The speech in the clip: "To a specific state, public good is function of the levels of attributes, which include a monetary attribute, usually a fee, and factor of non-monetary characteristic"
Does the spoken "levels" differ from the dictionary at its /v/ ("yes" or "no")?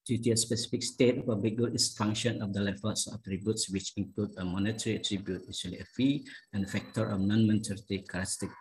yes